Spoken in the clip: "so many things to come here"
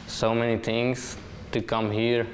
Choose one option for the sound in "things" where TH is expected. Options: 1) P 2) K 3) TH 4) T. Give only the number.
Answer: 4